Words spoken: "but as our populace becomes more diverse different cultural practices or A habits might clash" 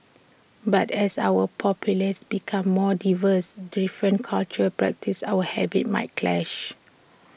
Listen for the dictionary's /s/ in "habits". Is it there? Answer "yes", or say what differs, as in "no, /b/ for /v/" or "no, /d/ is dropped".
no, /s/ is dropped